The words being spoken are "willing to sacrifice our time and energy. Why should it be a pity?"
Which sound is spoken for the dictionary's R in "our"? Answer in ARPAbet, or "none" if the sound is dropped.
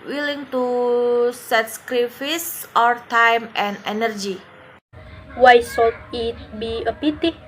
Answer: R